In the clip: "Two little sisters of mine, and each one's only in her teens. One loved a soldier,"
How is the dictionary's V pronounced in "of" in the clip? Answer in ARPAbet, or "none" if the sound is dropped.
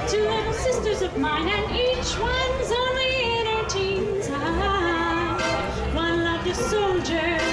V